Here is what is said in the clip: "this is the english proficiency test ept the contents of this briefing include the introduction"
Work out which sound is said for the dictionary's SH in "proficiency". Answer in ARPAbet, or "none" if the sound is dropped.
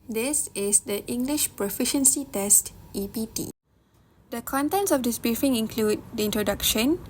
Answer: SH